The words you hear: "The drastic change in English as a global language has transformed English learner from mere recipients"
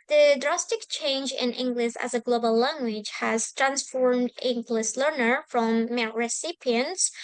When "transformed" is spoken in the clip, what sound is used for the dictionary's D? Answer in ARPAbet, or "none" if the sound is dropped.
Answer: D